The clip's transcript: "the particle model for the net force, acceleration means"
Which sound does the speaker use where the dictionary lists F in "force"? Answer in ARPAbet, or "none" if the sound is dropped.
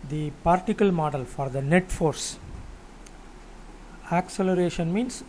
F